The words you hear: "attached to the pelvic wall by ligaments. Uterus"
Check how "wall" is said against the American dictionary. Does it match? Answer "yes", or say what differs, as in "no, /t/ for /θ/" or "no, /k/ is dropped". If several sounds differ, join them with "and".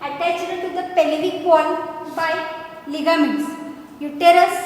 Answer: no, /n/ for /l/